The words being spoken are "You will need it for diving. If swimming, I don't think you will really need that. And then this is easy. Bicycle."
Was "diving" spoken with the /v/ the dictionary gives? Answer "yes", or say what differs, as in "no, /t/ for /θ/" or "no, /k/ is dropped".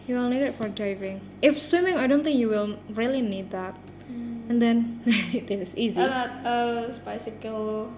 yes